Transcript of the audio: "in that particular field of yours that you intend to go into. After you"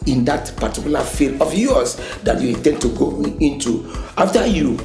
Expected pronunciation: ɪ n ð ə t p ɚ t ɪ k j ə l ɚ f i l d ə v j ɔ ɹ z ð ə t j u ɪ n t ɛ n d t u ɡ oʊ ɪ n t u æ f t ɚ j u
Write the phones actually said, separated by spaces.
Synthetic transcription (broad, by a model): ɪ n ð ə t p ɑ t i k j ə l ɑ f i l ə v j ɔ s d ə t j u ɪ n t ɛ n d t u ɡ oʊ ɪ n t u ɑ f t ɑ j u